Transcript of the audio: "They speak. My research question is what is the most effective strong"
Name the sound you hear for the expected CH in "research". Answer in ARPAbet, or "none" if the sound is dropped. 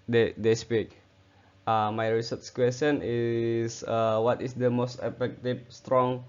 S